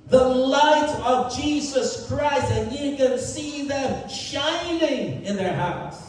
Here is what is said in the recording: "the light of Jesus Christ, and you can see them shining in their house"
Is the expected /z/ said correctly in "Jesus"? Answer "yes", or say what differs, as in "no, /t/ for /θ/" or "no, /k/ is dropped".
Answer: yes